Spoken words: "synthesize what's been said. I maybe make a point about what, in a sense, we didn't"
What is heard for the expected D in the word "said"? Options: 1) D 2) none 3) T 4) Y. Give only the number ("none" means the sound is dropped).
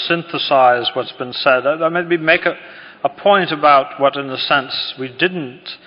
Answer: 1